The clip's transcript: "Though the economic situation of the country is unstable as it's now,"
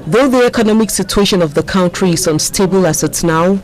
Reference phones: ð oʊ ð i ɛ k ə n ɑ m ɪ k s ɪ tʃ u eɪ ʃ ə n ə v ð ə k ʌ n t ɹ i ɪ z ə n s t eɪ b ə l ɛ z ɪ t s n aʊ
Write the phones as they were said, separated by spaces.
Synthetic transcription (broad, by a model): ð oʊ ð i ɛ k ə n ɑ m ɪ k s ɪ tʃ u eɪ ʃ ə n ə v ð ə k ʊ n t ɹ i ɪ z ə n s t eɪ b ə l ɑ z ɪ t s n aʊ